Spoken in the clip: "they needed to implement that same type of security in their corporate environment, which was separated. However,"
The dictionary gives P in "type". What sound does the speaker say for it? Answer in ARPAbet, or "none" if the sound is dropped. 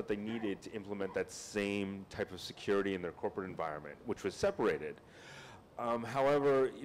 P